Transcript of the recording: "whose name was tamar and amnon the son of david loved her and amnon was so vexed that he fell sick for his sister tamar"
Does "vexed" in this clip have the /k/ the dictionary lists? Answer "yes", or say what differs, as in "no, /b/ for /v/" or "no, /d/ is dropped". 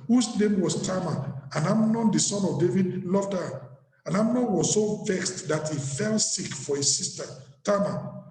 yes